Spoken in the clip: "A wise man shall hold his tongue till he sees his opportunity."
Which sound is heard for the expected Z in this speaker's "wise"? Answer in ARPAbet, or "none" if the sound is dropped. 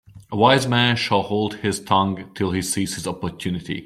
Z